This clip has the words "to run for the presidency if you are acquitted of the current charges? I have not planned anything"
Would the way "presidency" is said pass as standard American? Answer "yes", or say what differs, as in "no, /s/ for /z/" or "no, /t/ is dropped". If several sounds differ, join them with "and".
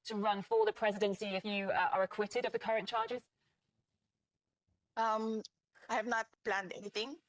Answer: yes